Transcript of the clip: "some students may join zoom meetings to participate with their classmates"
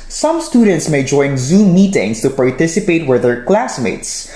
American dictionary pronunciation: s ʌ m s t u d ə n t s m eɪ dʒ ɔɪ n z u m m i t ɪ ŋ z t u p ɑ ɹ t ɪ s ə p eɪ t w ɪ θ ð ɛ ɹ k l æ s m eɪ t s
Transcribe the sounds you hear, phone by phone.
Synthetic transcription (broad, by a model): s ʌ m s t u d ə n t s m eɪ dʒ ɔɪ n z u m m i t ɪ ŋ s t u p ɑ ɹ t ɪ s ə p eɪ t w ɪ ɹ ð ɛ ɹ k l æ s m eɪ t s